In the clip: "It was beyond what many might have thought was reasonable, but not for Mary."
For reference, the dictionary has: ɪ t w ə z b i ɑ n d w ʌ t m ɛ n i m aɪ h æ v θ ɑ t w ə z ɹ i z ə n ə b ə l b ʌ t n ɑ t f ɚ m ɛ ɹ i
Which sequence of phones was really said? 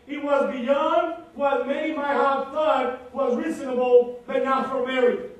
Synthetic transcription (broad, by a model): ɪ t w ə z b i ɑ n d w ʌ t m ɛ i m aɪ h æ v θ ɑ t w ə z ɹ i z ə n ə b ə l b ʌ t n ɑ t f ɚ m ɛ ɹ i